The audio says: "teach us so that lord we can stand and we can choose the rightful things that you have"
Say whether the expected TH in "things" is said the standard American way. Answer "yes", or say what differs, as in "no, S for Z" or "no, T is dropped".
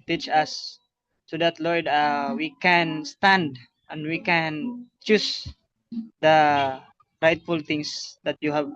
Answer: no, T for TH